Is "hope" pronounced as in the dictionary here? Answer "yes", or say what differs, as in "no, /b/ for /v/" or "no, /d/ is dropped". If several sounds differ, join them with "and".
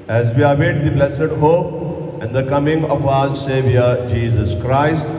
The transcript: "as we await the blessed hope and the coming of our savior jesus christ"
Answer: no, /p/ is dropped